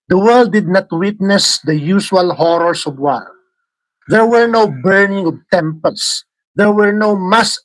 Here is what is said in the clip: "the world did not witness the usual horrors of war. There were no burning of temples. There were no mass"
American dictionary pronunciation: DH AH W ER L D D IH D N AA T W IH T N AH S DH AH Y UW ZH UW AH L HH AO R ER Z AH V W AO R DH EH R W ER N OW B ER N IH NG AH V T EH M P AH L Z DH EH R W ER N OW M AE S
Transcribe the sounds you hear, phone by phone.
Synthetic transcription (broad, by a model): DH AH W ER L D D IH D N AA T W IH T N AH S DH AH Y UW SH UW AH L HH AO R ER S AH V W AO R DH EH R W ER N OW B ER N IH NG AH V T EH M P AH L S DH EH R W ER N OW M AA S